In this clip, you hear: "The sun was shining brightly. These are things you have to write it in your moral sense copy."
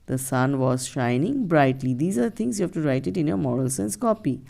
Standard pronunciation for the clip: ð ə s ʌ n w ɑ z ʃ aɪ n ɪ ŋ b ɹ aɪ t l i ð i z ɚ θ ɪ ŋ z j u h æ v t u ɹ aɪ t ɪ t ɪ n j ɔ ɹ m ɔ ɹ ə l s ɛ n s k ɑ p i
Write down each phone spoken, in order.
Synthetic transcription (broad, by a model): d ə s ʌ n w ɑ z ʃ aɪ n ɪ ŋ b ɹ aɪ t l i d i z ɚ t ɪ ŋ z j u h æ v t u ɹ aɪ t ɪ t ɪ n j ɔ ɹ m ɔ ɹ ə l s ɛ n s k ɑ p i